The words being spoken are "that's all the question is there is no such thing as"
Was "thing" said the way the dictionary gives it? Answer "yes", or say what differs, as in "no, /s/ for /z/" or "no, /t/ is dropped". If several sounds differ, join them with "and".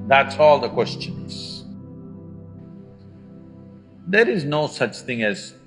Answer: yes